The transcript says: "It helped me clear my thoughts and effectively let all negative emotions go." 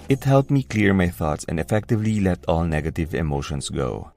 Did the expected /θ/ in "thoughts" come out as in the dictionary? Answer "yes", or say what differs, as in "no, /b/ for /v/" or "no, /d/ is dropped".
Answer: yes